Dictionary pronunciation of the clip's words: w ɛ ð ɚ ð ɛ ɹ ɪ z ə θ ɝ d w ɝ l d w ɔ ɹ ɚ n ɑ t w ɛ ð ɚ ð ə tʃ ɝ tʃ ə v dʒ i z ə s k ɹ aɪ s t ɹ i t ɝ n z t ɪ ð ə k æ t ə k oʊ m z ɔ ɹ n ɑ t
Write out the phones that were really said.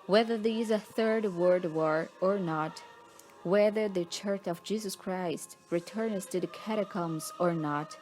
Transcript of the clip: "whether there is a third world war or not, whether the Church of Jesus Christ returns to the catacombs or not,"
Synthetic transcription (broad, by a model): w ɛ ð ɚ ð ɪ z ə θ ɝ d w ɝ d w ɔ ɹ ɚ n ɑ t w ɛ ð ɚ ð ə tʃ ɝ tʃ ə v dʒ i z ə s k ɹ aɪ s t ɹ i t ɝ n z t ɪ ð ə k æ t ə k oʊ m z ɔ ɹ n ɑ t